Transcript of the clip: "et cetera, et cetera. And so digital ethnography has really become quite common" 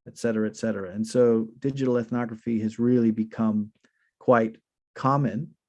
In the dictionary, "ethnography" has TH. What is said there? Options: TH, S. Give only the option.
TH